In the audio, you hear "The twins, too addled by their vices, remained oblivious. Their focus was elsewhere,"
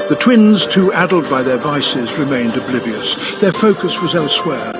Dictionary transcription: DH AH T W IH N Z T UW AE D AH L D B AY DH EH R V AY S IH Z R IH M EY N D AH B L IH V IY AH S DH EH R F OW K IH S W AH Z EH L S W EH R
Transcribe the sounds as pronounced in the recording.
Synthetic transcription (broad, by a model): DH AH T W IH N Z T UW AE D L D B AY DH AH R V AY S IH Z R IH M EY N D AH B L IH V IY AH S DH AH R F OW K IH S W AH Z EH L S W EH R